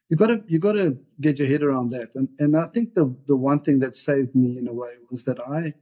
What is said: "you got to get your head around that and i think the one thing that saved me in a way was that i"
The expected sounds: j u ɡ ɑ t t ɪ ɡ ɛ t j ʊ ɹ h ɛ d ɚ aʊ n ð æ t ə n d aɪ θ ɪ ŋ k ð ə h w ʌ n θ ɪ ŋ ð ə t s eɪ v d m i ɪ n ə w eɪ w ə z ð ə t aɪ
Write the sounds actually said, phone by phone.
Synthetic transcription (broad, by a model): j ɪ ɡ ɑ t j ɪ ɡ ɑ t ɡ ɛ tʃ h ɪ d ɚ aʊ n ð æ t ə n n aɪ θ ɪ ŋ k ð ə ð w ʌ n θ ɪ ŋ ð ə t s eɪ v d m i ɪ n ə w eɪ w ə z ð ə t aɪ